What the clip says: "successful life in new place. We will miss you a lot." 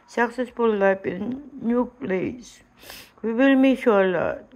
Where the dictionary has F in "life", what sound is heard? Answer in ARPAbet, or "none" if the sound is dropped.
P